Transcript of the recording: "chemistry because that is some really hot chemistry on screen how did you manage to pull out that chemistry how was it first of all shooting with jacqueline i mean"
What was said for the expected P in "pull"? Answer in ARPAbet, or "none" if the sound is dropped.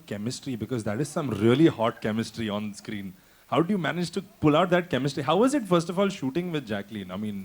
P